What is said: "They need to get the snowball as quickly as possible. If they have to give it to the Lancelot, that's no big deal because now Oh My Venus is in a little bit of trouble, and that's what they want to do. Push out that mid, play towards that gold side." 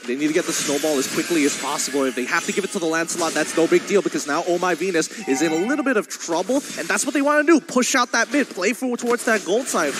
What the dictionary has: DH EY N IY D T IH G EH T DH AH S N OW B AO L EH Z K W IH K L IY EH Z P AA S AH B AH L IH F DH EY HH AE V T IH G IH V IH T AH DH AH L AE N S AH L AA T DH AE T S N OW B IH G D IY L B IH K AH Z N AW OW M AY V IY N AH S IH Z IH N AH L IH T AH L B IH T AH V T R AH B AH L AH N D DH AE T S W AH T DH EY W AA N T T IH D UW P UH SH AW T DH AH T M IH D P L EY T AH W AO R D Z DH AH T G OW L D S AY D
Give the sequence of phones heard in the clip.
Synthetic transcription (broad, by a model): DH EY N IY D T IH G EH T DH AH S N OW B AO L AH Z K W IH K L IY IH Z P AA S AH B L IH F DH EY HH AE F T IH G IH V IH T AH DH AH L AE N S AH L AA T DH AE T S N OW B IH G D IY L B IH K AH Z N AW OW M AY V IY N AH S IH Z IH N AH L IH T L B IH T AH V T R AH B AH L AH N DH AE T S W AH T DH EY W AA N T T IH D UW P UH SH AW T DH AH T M IH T P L EY T AH W AO R D Z DH AH T G OW L D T AY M